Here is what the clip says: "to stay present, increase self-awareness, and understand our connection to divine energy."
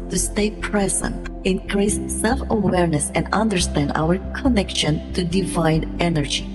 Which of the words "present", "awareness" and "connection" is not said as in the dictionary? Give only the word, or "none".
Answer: none